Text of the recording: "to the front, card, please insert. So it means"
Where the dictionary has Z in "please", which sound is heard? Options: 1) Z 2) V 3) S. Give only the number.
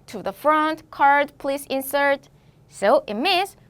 3